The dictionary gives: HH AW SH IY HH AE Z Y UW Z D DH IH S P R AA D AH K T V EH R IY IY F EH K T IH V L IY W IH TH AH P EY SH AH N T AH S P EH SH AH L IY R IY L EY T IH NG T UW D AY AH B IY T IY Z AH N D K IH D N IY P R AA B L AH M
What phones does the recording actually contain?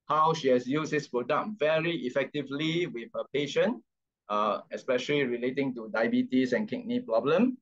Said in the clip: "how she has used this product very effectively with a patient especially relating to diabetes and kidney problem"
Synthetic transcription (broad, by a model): HH AW SH IY HH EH S Y UW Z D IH S P R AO D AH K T V EH R IY IY F EH K T IH V L IY W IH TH AH P EY SH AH N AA AH S P EH SH AH L IY R IY L EY T IH NG T UW D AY B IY T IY S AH N K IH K N IY P R AA B L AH M